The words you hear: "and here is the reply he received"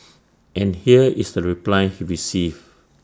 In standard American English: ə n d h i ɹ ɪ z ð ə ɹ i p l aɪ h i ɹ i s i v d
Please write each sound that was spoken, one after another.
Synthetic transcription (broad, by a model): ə n h i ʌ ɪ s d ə ɹ i p l aɪ h i ɹ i s i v